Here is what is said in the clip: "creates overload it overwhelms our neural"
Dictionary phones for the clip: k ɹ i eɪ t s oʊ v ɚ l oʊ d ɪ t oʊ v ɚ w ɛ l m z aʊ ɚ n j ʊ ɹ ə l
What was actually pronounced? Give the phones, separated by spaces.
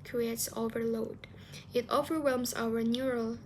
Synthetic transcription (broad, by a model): k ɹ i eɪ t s oʊ v ɚ l oʊ d ɪ t oʊ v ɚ w ɛ l m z aʊ ɚ n j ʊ ɹ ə l